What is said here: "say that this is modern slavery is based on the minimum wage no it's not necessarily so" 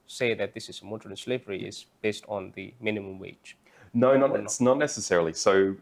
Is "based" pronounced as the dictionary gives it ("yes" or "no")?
yes